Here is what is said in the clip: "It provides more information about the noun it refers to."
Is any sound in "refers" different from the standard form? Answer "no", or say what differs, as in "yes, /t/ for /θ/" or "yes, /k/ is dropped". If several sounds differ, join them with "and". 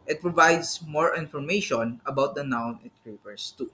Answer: yes, /p/ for /f/ and /s/ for /z/